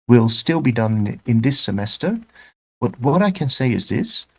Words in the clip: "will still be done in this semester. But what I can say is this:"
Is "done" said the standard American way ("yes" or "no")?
yes